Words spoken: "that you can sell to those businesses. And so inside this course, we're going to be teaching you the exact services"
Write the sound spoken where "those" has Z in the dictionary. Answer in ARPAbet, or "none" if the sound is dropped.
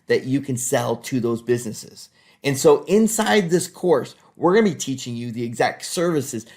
Z